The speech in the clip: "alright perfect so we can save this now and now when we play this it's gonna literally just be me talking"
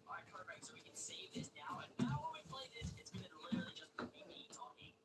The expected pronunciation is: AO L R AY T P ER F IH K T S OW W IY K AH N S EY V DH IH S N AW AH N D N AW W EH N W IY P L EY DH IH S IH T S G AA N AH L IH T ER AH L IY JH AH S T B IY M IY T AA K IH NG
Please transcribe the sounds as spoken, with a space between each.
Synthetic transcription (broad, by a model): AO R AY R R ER IH T S OW W IY K AH N S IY DH IH S N AW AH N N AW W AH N W IY P L EY DH IH S IH T S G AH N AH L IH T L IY JH AH S T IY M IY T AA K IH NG